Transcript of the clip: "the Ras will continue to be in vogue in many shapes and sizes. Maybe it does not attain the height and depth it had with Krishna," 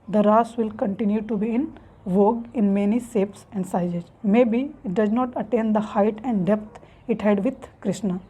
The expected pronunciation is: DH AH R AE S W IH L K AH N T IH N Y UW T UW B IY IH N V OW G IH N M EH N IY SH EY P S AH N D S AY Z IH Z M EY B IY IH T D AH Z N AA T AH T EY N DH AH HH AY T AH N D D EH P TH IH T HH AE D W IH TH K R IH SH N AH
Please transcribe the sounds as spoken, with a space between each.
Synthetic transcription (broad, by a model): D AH R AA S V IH L K AH N T IH N Y UW T UW B IY IH N V OW G IH N M EH N IY S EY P S AH N D S AY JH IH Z M EY B IY IH T D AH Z N AA T AH T EY N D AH HH AY T AH N D D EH P T IH T HH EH D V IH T K R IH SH N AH